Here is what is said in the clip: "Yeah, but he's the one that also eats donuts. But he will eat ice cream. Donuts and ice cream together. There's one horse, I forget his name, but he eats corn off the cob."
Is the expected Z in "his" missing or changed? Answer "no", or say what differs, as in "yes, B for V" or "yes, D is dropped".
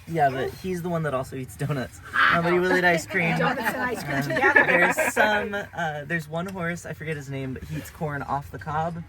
no